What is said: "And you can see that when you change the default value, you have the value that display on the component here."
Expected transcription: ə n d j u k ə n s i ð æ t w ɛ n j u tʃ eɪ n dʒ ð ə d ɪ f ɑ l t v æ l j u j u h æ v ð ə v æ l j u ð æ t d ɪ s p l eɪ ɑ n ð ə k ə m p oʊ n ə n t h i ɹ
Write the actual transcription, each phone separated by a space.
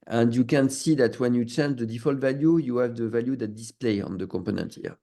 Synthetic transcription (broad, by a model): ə n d j u k ə n s i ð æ t w ɛ n j u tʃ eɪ n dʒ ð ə d ɪ f ɑ l t v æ l j u j u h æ v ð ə v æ l j u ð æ t d ɪ s p l eɪ ɑ n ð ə k ə m p oʊ n ə n t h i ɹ